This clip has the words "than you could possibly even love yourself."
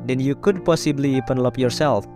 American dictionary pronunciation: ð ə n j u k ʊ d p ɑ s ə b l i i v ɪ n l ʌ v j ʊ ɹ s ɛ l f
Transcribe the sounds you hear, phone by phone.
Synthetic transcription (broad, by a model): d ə n j u k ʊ d p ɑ s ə b l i i p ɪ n l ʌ p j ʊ ɹ s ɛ l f